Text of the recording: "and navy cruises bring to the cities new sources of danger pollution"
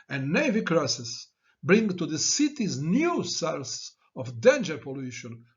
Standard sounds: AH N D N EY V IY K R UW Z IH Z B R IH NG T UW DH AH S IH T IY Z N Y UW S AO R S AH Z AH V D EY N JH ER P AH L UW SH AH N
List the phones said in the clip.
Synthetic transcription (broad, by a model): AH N N EY V IY K R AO S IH S B R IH NG T UW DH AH S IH T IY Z N Y UW S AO L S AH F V D EY N JH ER P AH L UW SH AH N